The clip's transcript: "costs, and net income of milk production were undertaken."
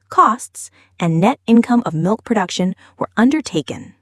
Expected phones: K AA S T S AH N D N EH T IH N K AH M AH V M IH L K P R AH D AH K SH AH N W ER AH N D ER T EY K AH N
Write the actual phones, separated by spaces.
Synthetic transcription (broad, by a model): K AA S T S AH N N EH T IH N K AH M AH V M IH L K P R AH D AH K SH AH N W ER AH N D ER T EY K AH N